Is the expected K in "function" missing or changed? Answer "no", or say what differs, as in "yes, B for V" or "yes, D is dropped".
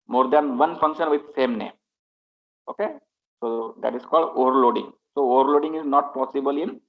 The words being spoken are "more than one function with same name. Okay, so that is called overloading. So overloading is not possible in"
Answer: no